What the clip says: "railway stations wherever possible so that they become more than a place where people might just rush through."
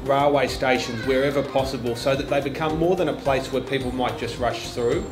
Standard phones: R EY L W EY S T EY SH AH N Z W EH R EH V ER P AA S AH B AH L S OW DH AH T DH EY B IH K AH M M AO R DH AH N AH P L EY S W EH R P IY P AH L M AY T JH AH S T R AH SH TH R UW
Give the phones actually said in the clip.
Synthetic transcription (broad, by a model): R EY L W EY S T EY SH AH N Z W EH R EH V ER P AA S AH B AH L S OW DH AH T DH EY B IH K AH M M AO R DH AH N AH P L EY S W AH R P IY P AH L M AY T JH AH S T R AH SH TH R UW